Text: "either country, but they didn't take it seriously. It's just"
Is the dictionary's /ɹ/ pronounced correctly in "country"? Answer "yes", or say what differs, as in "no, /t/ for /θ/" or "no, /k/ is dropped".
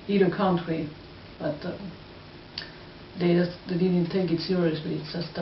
no, /w/ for /ɹ/